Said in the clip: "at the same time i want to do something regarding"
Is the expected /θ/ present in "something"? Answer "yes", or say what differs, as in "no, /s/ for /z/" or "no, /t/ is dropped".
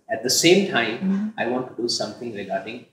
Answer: no, /t/ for /θ/